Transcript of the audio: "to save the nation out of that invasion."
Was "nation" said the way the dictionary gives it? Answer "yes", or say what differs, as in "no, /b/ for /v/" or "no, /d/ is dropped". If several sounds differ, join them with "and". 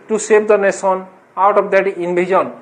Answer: no, /s/ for /ʃ/